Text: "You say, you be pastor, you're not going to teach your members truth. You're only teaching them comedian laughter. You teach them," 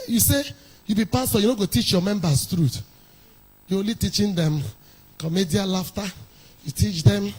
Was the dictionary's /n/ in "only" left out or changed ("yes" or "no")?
yes